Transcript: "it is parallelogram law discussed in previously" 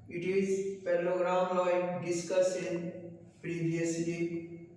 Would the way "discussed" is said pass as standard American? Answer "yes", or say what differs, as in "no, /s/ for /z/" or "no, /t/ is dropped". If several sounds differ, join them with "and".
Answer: no, /t/ is dropped